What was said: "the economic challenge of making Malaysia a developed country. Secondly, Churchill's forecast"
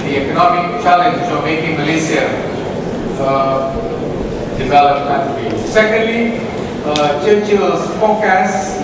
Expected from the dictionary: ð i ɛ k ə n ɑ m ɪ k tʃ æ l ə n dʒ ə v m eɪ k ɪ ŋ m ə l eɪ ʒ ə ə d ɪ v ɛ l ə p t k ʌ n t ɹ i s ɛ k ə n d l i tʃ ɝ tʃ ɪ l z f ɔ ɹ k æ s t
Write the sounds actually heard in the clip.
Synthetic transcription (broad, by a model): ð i ɛ k ə n ɑ m ɪ k tʃ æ l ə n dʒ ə m eɪ k ɪ ŋ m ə l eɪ s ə ə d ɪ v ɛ l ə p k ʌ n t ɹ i s ɛ k ə n d l i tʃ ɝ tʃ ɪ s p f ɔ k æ s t